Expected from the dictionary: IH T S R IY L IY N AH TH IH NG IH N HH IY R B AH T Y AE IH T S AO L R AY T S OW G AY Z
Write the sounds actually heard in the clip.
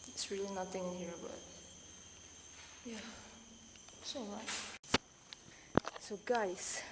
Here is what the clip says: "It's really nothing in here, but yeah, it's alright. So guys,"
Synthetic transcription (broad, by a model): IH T S R IY L IY N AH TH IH NG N HH IY R B AH T Y AE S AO R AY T S OW G AY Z